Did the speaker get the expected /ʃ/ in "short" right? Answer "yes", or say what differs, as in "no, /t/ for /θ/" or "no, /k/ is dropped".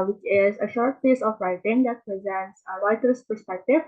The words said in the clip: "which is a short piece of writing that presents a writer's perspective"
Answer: yes